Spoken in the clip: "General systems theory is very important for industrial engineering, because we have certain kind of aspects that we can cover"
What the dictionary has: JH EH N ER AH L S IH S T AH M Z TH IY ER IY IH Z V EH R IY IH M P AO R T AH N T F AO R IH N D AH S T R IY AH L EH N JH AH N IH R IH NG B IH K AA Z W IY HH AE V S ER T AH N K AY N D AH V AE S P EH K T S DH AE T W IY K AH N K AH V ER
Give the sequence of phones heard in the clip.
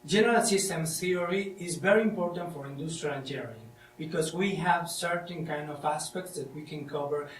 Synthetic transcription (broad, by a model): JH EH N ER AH L S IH S T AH M TH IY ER IY IH Z V EH R IY IH M P AO R T AH N T F AO R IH N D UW S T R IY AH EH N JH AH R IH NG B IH K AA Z W IY HH AE V S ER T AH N K AY N D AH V AE S P EH K T S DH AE T W IY K AH N K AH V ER